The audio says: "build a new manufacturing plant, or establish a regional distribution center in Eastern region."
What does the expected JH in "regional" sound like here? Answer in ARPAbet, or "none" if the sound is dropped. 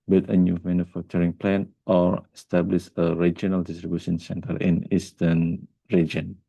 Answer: JH